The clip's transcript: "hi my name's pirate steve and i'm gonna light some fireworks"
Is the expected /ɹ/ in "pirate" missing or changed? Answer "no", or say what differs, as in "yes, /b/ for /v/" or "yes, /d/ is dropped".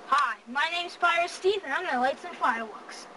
yes, /ɹ/ is dropped